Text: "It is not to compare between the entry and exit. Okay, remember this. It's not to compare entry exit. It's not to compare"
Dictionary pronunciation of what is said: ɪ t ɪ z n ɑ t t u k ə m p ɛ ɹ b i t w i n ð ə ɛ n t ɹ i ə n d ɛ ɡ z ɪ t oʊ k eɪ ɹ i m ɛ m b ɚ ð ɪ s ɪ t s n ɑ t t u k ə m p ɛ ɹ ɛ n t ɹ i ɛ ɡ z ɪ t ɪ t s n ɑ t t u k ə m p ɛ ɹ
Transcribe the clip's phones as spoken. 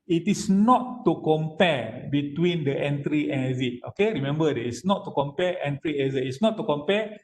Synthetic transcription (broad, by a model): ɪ t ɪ s n ɑ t t u k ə m p ɛ b i t w i n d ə ɛ n t ɹ i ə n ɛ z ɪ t oʊ k eɪ ɹ i m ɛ m b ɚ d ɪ ɪ s n ɑ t t u k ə m p ɛ ɛ n t ɹ i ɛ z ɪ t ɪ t s n ɑ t t u k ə m p ɛ